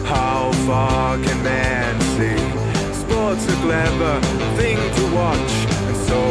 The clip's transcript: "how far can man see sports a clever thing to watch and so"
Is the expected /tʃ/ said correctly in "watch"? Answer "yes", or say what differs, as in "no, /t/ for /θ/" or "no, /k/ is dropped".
yes